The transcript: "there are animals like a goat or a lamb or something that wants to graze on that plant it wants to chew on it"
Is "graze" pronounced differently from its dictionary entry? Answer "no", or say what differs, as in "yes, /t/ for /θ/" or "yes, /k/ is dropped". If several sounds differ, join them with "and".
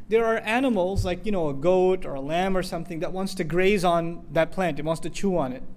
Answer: no